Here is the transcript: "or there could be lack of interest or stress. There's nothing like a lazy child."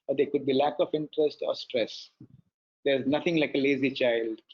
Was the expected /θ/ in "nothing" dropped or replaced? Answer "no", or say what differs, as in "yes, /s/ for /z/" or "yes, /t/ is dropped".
yes, /t/ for /θ/